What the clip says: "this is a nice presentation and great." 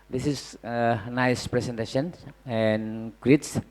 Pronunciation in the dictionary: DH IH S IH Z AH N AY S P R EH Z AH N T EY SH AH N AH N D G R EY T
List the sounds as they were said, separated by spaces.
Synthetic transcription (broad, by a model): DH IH S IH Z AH N AY S P R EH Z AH N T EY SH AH N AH N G R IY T